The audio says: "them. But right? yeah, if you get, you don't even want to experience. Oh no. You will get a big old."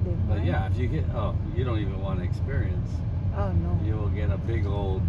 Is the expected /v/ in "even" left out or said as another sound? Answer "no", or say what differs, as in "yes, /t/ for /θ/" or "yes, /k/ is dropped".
no